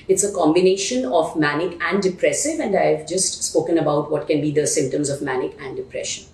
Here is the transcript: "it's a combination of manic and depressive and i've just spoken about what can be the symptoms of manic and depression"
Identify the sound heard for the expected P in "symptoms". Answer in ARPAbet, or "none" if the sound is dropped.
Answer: P